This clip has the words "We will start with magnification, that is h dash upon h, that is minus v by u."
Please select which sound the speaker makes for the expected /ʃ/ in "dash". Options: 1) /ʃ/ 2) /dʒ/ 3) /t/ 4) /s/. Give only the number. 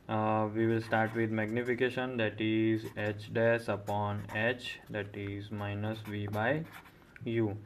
4